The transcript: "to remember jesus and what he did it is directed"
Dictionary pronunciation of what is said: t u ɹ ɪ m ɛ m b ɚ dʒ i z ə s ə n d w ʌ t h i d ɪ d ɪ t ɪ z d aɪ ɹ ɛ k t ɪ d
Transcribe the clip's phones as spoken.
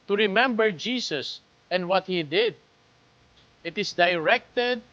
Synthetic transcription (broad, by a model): t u ɹ ɪ m ɛ m b ɚ dʒ i s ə s ə n d w ʌ t h i d ɪ d ɪ t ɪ s d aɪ ɹ ɛ k t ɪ d